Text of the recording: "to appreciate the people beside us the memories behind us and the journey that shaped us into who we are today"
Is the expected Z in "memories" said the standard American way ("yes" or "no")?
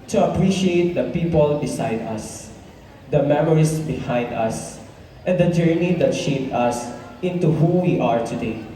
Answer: no